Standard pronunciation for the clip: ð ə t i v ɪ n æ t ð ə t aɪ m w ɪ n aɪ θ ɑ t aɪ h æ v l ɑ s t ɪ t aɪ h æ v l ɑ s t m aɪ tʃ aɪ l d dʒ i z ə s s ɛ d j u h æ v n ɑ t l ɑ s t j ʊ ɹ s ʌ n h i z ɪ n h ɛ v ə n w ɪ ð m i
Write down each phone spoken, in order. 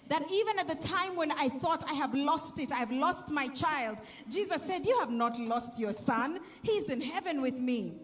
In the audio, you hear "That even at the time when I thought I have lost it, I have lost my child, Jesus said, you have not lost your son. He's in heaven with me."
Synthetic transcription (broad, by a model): ð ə t i v ɪ n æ t ð ə t aɪ m w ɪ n aɪ θ ɑ t aɪ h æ v l ɑ s t ɪ t aɪ v l ɑ s t m aɪ tʃ aɪ l d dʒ i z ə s s ɛ d j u h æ v n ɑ t l ɑ s t j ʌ ɹ s ʌ n h i z ɪ n h ɛ v ə n w ɪ ð m i